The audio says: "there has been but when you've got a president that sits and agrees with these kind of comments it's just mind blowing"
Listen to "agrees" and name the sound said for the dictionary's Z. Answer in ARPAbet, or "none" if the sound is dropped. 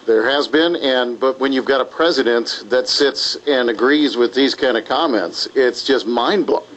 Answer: Z